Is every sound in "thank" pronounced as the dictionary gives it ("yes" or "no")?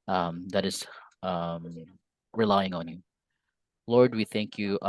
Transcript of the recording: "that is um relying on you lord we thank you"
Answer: yes